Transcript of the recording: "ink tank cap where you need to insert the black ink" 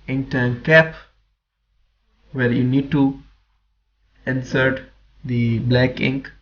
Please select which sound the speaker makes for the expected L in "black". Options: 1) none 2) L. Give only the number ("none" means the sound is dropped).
2